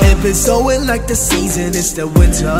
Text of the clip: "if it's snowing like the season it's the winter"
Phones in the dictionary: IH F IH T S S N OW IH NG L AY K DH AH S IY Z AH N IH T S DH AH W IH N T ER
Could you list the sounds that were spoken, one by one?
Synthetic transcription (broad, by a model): IH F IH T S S OW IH L AY K DH AH S IY Z AH N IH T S DH AH W IH N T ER